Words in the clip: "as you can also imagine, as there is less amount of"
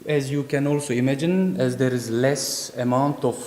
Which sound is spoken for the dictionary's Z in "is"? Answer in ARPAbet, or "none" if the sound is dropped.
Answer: Z